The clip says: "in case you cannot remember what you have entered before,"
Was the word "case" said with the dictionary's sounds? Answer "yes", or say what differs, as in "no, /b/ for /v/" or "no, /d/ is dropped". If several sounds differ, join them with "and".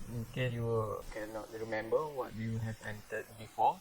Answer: no, /s/ is dropped